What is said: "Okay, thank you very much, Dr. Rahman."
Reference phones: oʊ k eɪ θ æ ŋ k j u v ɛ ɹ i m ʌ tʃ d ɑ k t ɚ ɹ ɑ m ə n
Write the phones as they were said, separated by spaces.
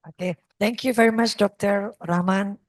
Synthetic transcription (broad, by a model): oʊ k eɪ t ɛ ŋ k j u v ɛ ɹ i m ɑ tʃ d ɑ k t ɚ ɹ ɑ m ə n